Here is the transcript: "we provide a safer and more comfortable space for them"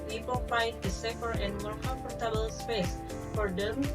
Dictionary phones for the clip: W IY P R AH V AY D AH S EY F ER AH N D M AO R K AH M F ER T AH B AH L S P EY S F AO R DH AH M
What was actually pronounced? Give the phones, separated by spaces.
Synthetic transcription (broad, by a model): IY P AH F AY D AH S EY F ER AH N D M AO R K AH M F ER T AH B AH L S P EY S F AO R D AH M